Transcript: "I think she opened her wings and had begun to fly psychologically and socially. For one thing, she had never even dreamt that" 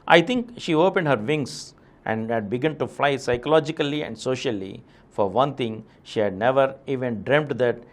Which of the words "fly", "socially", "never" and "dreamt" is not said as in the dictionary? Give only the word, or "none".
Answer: none